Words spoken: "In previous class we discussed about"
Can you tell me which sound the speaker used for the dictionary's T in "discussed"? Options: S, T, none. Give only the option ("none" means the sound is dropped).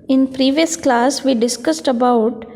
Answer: T